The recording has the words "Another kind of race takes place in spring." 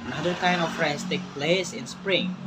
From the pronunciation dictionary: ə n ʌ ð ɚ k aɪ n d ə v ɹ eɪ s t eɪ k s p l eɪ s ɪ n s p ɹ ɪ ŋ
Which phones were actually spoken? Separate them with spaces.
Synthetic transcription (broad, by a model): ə n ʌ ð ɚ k aɪ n ə f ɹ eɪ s t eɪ k p l eɪ s ɪ n s p ɹ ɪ ŋ